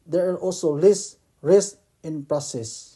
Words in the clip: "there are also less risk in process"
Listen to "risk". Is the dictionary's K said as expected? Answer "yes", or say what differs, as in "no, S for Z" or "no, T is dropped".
no, K is dropped